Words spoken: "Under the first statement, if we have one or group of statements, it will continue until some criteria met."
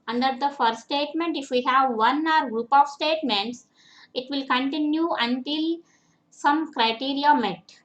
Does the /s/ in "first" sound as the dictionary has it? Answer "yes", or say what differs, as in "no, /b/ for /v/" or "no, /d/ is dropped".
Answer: no, /s/ is dropped